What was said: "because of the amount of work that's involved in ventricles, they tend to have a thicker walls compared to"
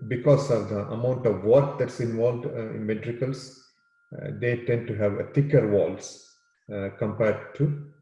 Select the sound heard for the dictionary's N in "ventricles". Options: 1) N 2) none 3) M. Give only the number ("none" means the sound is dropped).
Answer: 2